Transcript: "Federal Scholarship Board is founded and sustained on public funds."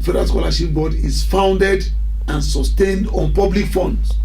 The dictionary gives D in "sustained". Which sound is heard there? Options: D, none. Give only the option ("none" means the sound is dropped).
D